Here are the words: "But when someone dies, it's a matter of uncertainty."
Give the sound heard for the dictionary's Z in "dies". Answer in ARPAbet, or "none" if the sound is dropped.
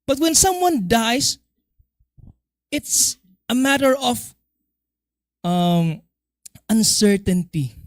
S